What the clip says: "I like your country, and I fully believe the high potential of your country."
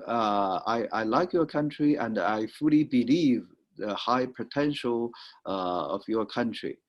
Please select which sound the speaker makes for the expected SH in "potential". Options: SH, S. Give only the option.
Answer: SH